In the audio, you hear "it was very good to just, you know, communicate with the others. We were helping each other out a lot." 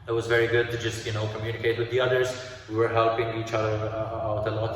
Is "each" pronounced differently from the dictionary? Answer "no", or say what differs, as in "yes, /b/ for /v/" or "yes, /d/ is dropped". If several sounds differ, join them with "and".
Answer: no